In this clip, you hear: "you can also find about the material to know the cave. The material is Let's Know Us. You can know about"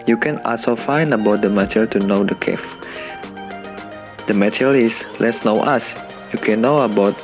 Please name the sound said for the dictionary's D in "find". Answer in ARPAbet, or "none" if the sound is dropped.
none